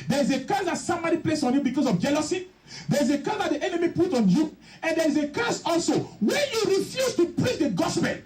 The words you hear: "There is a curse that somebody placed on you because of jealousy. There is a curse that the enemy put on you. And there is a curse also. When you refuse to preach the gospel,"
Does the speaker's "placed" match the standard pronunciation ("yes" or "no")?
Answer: no